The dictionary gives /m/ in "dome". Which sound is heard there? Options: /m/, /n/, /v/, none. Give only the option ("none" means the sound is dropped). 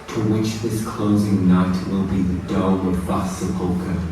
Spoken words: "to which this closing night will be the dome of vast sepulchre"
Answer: none